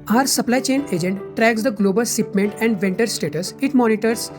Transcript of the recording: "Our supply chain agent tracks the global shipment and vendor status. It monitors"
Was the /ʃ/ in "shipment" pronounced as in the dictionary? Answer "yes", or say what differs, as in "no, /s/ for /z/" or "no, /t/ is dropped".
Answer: no, /s/ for /ʃ/